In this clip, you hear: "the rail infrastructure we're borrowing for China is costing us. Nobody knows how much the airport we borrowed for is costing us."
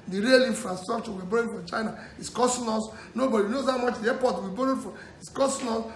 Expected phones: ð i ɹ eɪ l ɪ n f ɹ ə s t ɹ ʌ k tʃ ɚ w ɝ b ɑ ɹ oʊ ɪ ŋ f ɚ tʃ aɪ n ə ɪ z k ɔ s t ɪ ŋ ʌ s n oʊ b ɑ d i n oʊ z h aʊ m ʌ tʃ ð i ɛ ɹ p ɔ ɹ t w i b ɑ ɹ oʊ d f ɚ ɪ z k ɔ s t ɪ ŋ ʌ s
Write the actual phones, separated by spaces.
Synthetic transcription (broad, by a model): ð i ɹ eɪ l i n f ɹ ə s t ɹ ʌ k tʃ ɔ w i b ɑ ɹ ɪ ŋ f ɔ tʃ aɪ n ə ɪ s k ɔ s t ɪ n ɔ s n oʊ b ɑ d i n oʊ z h aʊ m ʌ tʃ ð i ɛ p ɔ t w i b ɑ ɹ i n f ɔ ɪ s k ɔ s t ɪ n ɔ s